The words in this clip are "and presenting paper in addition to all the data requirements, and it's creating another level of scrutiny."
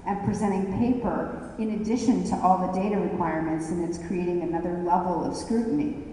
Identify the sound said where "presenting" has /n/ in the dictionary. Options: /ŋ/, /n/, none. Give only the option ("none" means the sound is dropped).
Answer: none